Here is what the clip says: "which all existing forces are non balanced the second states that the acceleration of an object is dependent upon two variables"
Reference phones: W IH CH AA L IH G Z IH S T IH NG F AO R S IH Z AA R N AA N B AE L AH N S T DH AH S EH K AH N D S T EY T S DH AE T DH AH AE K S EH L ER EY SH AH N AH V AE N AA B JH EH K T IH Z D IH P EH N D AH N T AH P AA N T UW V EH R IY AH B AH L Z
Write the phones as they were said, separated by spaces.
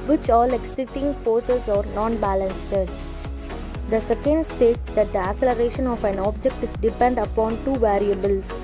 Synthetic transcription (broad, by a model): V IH CH AA L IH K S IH T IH NG F AO R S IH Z AA R N AA N B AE L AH N S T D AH S EH K AH N D S T EY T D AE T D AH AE S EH L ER EY SH AH N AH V AE N AA B JH EH K T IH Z D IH P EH N D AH AH P AA N T UW V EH R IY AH B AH L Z